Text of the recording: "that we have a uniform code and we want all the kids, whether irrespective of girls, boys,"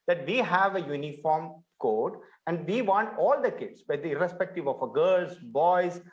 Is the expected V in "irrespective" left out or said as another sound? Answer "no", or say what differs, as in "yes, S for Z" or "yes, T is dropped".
no